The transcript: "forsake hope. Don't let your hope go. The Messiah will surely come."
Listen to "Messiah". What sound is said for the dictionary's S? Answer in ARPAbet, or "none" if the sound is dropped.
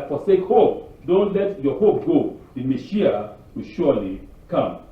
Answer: SH